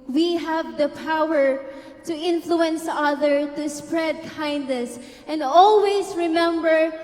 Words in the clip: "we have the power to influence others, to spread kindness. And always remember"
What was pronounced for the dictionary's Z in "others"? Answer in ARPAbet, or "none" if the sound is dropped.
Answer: none